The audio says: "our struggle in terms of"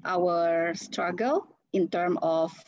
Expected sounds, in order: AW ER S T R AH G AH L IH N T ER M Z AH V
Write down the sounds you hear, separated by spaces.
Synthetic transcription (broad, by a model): AW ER S T R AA G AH L IH N T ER M AH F